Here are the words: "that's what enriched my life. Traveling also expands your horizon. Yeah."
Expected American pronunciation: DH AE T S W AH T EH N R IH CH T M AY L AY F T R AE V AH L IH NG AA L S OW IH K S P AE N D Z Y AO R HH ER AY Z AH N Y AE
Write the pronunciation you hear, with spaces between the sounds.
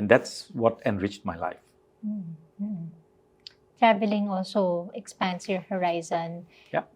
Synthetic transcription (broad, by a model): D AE T S W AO T EH N R IH CH T M AY L AY F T R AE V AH L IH NG AA L S OW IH K S P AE N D S Y AO R HH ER AY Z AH N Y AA